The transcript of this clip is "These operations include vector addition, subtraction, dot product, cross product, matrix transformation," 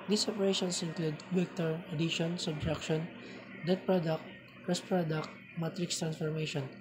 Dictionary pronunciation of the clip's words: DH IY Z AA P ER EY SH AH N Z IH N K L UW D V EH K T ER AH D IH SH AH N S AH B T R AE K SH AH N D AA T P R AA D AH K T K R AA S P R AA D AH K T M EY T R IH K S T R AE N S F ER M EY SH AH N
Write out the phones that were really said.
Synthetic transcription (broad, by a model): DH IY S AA P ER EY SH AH N S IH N K L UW D W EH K T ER AH D IH SH AH N S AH B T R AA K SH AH N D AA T P R AA D AH K T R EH S P R AA D AH K T M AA T R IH K S T R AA N S F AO M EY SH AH N